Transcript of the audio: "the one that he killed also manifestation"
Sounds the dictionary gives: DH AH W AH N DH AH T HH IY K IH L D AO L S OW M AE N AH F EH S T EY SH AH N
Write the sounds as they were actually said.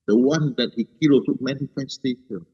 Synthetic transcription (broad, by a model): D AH W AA N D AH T HH IY K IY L AO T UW M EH N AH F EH S T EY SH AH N